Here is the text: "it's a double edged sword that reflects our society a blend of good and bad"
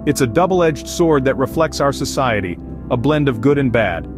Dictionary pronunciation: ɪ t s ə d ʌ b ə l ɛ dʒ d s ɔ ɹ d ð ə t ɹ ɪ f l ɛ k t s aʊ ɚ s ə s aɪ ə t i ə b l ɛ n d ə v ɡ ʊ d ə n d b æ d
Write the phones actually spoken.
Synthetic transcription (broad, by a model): ɪ t s ə d ʌ b l ɛ dʒ d s ɔ ɹ d ð ə t ɹ ɪ f l ɛ k t s aʊ ɚ s ə s aɪ ə t i ə b l ɛ n d ə v ɡ ʊ d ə n b æ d